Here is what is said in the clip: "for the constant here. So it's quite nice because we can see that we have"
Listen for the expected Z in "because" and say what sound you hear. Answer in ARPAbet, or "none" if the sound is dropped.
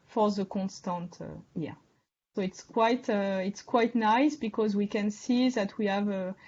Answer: Z